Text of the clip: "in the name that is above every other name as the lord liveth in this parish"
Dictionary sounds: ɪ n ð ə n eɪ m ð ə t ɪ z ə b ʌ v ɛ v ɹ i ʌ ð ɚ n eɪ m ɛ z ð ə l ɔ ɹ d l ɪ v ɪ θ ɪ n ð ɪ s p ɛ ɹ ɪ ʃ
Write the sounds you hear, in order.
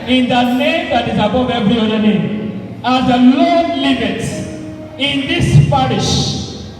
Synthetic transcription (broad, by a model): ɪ n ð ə n eɪ m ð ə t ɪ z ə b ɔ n ɛ v ɹ i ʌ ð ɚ n eɪ m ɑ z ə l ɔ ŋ l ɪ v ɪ t ɪ n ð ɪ s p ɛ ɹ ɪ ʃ